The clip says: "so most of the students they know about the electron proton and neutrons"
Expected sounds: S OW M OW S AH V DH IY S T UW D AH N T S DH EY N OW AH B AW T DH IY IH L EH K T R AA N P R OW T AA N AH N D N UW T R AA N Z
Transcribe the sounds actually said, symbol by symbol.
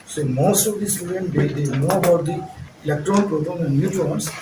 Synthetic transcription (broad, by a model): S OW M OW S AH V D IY S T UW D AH N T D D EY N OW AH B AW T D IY IH L EH K T R AA N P R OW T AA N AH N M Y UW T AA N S